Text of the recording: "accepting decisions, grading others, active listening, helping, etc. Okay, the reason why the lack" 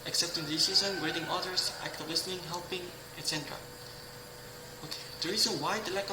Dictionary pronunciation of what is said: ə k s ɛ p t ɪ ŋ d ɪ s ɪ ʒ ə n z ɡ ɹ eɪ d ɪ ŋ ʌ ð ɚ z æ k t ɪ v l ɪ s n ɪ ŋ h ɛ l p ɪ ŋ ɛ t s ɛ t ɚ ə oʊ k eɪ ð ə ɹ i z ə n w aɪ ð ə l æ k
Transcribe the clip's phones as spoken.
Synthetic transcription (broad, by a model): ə k s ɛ p t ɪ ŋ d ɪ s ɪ z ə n ɡ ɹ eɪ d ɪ ŋ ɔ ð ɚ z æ k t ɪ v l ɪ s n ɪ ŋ h ɛ l p ɪ ŋ ɛ t s ɛ t ɚ ə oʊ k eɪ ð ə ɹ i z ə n w aɪ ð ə l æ k